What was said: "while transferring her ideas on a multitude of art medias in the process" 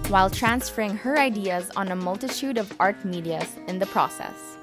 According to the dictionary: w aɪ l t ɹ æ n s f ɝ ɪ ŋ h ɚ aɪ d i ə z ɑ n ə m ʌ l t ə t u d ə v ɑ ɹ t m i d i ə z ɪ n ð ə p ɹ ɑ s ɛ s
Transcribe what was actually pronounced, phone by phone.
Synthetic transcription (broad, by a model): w aɪ l t ɹ æ n s f ɝ ɪ ŋ h ɚ aɪ d i ə z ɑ n ə m ʌ l t ə t u d ə v ɑ ɹ t m i d i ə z ɪ n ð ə p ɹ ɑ s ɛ s